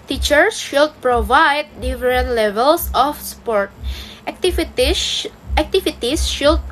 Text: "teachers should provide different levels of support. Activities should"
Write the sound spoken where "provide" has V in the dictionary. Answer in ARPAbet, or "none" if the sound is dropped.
V